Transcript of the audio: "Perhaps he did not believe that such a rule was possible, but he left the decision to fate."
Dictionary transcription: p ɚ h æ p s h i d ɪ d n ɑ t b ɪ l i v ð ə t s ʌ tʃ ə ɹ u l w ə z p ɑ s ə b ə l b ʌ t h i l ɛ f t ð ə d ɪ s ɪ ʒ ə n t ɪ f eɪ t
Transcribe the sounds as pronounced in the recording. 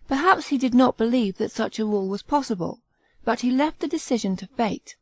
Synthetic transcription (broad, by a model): p ɚ h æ p s h i d ɪ d n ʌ t b ɪ l i v ð ə t s ʌ tʃ ə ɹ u l w ə z p ɑ s ə b ə l b ʌ t h i l ɛ f t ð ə d ɪ s ɪ ʒ ə n t ɪ f eɪ t